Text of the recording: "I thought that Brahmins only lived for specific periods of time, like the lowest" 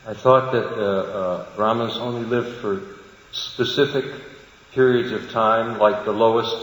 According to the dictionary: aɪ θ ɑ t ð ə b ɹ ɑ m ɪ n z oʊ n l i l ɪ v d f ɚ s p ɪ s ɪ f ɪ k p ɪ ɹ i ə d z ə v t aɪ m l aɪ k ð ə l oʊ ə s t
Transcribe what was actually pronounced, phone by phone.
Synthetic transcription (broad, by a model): aɪ θ ɑ t ð ə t ɹ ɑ m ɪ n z oʊ n l i l ɪ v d f ɚ s p ɪ s ɪ f ɪ k p ɪ ɹ i ə d z ə v t aɪ m l aɪ k ð ə l oʊ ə s t